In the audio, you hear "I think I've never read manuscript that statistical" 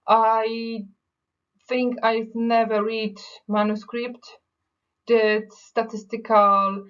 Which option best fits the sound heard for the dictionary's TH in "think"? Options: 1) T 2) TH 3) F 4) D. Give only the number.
2